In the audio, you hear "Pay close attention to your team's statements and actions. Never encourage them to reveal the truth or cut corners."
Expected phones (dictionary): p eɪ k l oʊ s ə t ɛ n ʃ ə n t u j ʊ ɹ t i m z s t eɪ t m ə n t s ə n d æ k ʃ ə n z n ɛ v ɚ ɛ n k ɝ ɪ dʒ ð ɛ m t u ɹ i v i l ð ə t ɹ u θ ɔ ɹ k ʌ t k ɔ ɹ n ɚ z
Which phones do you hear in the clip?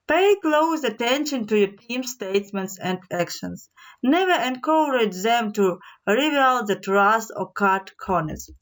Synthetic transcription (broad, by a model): p eɪ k l oʊ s ə t ɛ n ʃ ə n t u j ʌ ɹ t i m s t eɪ t m ə n t s ə n d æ k ʃ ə n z n ɛ v ɚ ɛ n k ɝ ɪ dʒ ð ɛ m t u ɹ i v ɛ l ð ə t ɹ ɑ s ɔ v k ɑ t k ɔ n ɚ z